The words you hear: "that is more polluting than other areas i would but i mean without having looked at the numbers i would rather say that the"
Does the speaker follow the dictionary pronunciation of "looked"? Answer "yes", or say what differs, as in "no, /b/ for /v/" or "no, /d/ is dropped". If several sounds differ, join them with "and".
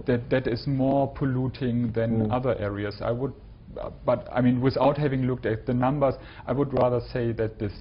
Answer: yes